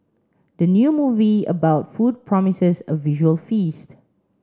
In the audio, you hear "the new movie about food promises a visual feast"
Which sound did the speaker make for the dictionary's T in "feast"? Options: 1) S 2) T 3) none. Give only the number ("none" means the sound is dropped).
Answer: 2